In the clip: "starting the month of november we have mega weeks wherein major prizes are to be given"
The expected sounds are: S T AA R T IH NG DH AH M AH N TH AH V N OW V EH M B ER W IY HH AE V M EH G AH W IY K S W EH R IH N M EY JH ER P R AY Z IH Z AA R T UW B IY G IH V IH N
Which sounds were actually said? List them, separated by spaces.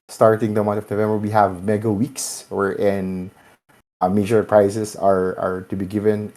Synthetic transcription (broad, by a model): S T AA R T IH NG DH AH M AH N T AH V N OW V EH M B ER W IY HH AE V M EH G AH W IY K S W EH R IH N M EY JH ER P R AY S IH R AA R T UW B IY G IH V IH N